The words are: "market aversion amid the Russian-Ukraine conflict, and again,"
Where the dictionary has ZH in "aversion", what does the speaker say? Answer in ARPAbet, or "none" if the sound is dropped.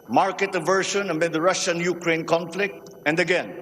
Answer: SH